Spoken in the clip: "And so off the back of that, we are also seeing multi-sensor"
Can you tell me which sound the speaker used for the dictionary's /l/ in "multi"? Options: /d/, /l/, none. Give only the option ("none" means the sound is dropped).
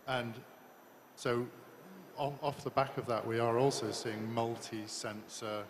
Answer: /l/